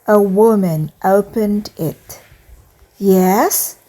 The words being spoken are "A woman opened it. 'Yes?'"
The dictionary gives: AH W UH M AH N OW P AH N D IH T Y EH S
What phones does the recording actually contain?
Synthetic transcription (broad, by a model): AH W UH M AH N OW P AH N D IH T Y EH S